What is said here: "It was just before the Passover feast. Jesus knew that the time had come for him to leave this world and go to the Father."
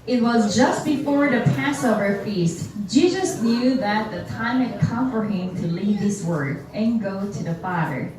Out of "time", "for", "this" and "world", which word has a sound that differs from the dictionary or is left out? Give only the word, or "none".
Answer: world